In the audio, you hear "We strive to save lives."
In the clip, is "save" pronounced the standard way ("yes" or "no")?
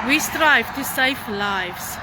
no